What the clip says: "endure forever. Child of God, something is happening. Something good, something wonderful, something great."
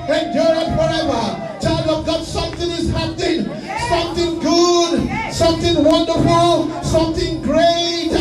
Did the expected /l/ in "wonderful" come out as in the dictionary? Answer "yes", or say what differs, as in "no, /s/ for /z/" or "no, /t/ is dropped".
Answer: yes